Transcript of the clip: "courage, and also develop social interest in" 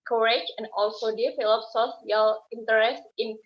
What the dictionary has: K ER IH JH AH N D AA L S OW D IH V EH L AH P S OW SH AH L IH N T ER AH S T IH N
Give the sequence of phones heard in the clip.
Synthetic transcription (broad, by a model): K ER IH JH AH N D AA L S OW D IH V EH L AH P S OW S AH L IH N T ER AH S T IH N